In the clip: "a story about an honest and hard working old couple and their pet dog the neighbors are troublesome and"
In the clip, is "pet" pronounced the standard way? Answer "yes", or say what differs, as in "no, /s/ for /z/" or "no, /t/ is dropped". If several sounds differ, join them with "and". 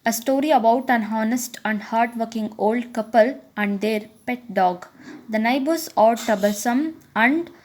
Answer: yes